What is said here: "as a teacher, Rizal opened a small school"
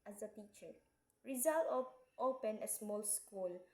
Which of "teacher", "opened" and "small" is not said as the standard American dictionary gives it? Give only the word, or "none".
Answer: opened